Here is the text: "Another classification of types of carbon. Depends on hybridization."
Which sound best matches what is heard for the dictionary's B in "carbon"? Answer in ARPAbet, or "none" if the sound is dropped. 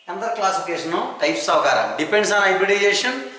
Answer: none